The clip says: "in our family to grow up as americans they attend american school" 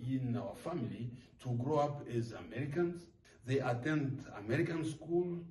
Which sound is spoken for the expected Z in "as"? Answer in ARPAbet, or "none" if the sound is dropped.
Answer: Z